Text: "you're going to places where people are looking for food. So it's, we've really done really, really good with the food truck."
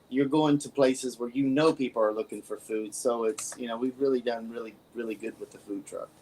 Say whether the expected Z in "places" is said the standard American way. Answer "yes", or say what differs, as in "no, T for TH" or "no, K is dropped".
yes